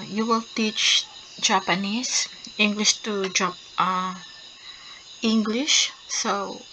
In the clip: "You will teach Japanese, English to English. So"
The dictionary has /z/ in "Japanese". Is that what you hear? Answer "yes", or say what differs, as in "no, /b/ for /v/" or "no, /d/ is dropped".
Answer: no, /s/ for /z/